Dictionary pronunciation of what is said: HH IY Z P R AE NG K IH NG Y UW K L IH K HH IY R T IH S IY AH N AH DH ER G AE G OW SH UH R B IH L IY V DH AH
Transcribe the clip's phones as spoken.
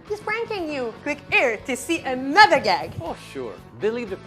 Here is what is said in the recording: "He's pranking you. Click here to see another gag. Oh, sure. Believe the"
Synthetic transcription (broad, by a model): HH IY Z F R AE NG K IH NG Y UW K W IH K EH R T IH S IY AH N AH DH ER G AE G OW SH UH R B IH L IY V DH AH